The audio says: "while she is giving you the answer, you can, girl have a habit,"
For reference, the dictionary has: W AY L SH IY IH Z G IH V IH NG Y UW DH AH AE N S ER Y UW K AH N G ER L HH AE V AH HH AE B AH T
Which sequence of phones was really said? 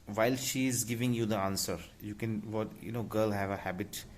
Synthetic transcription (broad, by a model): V AY L SH IY IH Z G IH V IH NG Y UW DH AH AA N S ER Y UW K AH N G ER L HH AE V AH HH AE B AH T